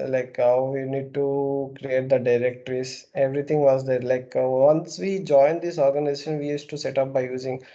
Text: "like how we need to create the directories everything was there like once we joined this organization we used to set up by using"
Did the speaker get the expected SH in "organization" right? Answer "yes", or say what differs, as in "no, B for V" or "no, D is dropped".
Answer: yes